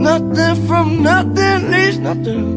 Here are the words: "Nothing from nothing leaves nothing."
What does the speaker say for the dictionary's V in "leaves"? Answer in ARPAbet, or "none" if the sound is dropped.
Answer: none